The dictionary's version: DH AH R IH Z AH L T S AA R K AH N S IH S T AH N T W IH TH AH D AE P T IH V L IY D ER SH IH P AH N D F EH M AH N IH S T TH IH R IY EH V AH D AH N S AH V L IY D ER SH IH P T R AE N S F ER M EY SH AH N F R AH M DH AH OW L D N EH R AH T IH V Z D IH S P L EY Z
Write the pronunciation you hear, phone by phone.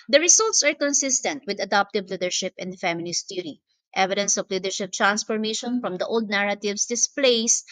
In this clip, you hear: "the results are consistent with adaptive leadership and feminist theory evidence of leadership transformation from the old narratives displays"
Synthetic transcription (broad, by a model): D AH R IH S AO L T S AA R K AH N S IH S T AH N T W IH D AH D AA P T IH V L IY D ER SH IH P AH N D F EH M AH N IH S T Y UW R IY EH V AH D AH N S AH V L IY D ER SH IH P T R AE N S F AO M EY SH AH N F R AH M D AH OW L D N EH R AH T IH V S D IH S P L EY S